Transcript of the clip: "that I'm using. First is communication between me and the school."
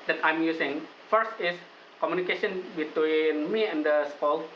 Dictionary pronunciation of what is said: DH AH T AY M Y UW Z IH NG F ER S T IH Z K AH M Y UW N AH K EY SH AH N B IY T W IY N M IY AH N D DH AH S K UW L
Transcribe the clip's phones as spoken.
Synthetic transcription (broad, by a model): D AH T AY M Y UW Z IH NG F ER S T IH S K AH M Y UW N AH K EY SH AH N B IY T W IY N M IY AH N D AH S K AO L